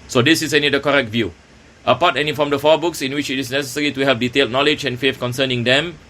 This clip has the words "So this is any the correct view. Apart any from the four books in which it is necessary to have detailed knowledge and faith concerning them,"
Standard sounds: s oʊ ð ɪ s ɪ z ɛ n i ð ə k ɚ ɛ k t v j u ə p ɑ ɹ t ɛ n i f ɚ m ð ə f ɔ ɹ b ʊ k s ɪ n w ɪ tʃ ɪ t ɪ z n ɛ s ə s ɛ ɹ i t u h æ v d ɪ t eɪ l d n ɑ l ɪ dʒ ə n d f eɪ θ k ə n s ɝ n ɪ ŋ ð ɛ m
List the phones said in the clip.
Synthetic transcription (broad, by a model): s oʊ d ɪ s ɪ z ɛ n i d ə k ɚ ɛ k t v j u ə p ɑ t ɛ n i f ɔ m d ə f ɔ b ʊ k s ɪ n w ɪ tʃ ɪ t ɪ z n ɛ s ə s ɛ ɹ i t u h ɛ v d ɪ t eɪ l d n ɑ l ɪ dʒ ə n f eɪ f k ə n s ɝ n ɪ ŋ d ɛ m